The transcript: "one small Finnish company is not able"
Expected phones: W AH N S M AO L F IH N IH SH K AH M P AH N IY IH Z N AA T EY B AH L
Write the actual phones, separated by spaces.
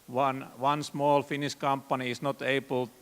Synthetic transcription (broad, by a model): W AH N S M AO L F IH N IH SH K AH M P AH N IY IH S N AA T EY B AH L